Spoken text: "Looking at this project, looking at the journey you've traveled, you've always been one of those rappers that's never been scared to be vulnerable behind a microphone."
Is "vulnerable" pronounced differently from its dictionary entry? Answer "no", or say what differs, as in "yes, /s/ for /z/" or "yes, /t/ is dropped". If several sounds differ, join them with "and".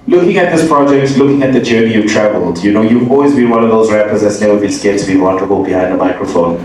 yes, /w/ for /v/